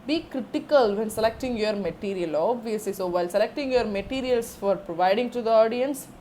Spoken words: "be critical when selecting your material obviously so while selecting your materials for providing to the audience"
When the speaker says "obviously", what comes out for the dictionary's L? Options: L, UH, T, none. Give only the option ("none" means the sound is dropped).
none